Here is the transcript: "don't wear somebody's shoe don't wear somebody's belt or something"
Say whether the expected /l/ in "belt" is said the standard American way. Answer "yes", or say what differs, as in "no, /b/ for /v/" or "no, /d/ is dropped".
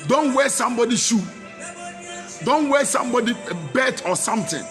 no, /l/ is dropped